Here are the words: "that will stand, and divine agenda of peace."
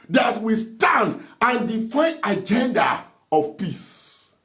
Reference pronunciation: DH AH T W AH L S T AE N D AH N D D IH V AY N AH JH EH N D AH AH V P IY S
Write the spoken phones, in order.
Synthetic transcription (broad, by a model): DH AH T W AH S T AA N D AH N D D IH F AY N AH JH EH N D AH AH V P IY S